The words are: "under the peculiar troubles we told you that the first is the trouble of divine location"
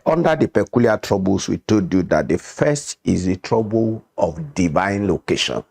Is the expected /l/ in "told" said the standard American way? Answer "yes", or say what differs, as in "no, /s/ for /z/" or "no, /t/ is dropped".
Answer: no, /l/ is dropped